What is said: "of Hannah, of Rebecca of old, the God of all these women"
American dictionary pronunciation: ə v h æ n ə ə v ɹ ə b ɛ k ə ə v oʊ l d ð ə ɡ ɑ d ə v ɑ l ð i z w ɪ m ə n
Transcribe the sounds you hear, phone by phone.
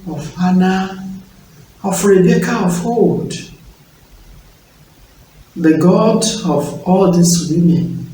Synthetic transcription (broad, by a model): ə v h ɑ n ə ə f ɹ ə b ɛ k ə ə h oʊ d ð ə ɡ ɑ d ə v ɑ l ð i s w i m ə n